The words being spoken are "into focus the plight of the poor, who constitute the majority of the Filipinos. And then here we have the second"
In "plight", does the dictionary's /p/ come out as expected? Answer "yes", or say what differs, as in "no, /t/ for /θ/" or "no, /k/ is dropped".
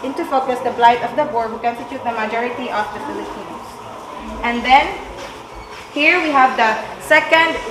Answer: no, /b/ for /p/